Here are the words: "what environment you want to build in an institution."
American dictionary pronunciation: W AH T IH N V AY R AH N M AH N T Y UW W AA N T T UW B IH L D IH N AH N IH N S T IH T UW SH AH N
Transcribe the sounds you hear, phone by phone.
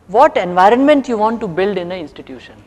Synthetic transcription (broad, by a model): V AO T IH N V AY R AH N M AH N T Y UW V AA N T T UW B IH L D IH N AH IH N S T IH T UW SH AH N